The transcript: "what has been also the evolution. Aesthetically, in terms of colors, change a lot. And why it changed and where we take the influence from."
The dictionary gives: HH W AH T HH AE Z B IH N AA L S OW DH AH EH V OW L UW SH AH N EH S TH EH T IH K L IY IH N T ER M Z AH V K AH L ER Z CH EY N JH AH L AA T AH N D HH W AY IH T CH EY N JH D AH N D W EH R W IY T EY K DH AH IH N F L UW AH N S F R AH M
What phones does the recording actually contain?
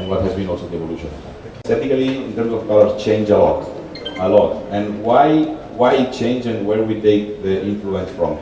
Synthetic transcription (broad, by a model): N W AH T HH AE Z B IH N AA L S OW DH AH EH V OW L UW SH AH N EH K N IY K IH L IY IH N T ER M S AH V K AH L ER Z CH EY N JH AH L AA T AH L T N W AY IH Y CH EY N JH AH N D W EH R W IY T EY K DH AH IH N F L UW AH N S F R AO M